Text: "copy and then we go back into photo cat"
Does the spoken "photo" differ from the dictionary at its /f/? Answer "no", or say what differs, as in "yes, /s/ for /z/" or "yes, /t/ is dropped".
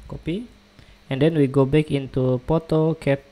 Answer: yes, /p/ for /f/